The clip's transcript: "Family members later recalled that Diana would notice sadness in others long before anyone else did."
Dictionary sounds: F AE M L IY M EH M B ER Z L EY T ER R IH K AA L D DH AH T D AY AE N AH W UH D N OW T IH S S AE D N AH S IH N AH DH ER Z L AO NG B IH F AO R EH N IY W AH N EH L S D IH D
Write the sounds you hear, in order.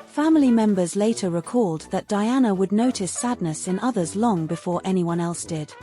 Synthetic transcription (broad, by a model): F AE M L IY M EH M B ER Z L EY T ER R IH K AA L D DH AH T D AY AE N AH W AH D N OW T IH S S AE D N AH S IH N AH DH ER Z L AO NG B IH F AO R EH N IY W AH N EH L S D IH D